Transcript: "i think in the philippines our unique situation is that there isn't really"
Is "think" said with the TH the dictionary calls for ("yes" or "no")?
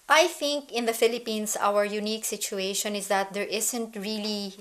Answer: yes